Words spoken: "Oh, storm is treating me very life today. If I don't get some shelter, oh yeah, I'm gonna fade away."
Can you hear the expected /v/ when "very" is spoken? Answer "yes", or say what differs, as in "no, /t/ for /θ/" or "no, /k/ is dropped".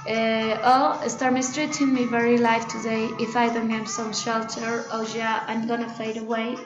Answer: yes